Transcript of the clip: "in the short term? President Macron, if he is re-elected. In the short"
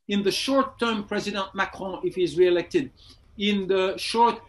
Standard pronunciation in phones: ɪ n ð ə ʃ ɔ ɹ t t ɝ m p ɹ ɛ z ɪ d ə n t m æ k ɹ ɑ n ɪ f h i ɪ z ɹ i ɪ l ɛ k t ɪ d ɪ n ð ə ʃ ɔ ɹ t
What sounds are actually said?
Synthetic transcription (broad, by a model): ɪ n ð ə ʃ ɔ ɹ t t ɝ m p ɹ ɛ z ɪ d ə n t m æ k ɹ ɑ ɪ f h i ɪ z ɹ i ɪ l ɛ k t ɪ d ɪ n ð ə ʃ ɔ ɹ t